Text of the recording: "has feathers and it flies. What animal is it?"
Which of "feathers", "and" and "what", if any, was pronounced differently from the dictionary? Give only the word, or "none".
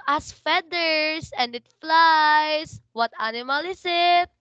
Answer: feathers